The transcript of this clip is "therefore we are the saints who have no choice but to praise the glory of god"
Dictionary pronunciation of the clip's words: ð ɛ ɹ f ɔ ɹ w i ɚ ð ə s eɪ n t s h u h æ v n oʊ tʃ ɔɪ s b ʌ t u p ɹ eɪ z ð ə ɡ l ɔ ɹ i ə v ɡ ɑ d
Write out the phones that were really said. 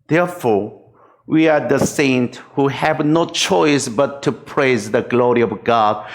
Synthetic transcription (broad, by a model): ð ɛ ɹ f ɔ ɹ w i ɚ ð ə s eɪ n t h u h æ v n oʊ tʃ ɔɪ s b ʌ t u p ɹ eɪ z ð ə ɡ l ɔ ɹ i ə v ɡ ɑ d